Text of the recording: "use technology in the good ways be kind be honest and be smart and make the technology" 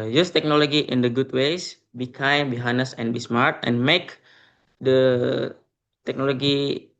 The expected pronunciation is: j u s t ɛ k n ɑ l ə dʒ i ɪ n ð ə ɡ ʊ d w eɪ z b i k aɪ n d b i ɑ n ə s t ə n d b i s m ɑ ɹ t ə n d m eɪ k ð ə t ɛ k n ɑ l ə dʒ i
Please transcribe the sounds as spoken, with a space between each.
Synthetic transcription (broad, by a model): j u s t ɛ k n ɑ l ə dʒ i ɪ n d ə ɡ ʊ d w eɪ s b i k aɪ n b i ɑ n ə s ə n b i s m ɑ ɹ t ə n m eɪ k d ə t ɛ k n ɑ l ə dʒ i